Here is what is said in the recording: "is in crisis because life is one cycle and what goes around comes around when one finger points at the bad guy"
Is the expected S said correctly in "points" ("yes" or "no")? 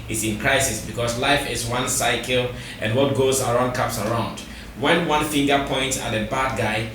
yes